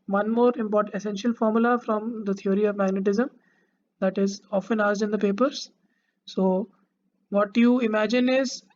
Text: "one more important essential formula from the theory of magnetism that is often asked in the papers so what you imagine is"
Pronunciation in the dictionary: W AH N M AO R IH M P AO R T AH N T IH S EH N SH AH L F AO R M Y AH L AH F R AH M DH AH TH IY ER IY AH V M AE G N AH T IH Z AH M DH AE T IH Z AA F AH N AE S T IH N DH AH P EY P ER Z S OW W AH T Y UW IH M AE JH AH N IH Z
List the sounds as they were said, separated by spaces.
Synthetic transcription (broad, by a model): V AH N M AO R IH M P AO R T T IH S EH N SH AH L F AO R M Y AH L AH F R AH M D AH T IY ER IY AH V M AE G N AH T IH Z AH M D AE T IH Z AA F AH N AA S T IH N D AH P EY P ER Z S OW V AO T Y UW IH M AE JH AH N IH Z